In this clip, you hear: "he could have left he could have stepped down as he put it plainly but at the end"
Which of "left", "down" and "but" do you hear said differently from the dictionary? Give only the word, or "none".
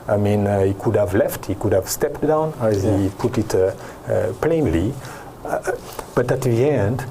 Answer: none